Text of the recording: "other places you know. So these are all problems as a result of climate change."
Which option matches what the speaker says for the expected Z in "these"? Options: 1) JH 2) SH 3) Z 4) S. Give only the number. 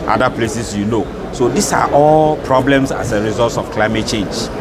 4